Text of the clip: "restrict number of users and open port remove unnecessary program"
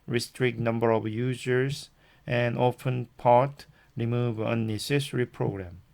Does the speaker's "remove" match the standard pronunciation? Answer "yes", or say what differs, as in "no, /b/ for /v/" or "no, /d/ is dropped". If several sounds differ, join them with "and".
yes